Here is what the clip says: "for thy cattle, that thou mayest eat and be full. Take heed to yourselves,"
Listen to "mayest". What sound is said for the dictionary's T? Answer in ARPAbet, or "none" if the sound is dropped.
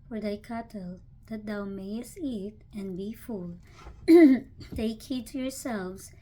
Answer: T